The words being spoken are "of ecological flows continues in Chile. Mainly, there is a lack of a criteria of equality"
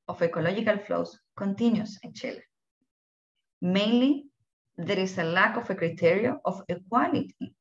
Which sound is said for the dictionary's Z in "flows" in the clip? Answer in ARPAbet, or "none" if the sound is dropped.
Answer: S